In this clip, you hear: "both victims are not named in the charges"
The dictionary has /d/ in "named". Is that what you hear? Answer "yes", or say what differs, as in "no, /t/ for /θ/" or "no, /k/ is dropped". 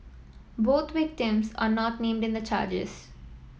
yes